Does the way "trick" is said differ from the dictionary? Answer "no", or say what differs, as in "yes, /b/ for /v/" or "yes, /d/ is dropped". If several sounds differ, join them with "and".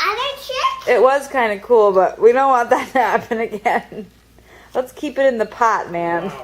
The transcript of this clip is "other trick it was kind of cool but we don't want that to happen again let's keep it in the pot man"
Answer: yes, /k/ is dropped